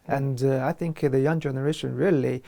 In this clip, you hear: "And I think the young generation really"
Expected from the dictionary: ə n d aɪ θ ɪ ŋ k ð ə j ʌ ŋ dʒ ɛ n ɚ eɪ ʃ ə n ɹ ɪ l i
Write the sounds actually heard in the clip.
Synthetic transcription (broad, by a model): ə n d aɪ θ ɪ ŋ k ð ə j ʌ ŋ dʒ ɛ n ɚ eɪ ʃ ə n ɹ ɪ l i